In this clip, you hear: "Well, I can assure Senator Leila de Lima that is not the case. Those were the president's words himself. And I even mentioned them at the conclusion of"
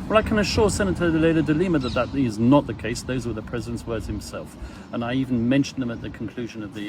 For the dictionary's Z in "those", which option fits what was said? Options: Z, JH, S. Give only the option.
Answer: Z